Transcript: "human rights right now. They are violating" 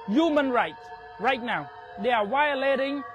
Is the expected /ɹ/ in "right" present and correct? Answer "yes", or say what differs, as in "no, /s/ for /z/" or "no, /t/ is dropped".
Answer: yes